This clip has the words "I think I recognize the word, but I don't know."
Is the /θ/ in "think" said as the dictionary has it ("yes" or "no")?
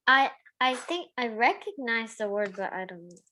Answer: yes